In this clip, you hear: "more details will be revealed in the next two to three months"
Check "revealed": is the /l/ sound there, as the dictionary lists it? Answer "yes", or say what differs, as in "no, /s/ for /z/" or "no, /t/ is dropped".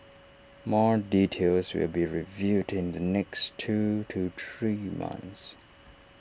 no, /l/ is dropped